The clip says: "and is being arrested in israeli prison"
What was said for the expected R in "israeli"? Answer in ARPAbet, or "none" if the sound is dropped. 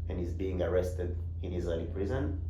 none